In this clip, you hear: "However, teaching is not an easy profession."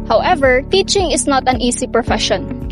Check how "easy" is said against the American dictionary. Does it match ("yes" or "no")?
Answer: no